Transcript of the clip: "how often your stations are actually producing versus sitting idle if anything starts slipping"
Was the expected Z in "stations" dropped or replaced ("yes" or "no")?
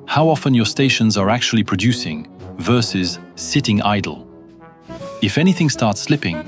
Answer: no